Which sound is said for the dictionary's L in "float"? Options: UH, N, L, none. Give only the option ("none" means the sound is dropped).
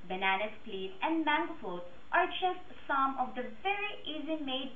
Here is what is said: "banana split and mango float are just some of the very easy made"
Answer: none